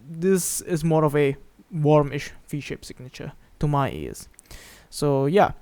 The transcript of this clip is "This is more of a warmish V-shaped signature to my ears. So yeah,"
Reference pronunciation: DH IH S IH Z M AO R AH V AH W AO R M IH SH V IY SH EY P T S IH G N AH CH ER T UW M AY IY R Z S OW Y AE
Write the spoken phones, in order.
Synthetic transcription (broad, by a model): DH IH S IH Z M AO R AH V AH W AO R M IH SH F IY SH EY P S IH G N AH CH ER T UW M AY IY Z S OW Y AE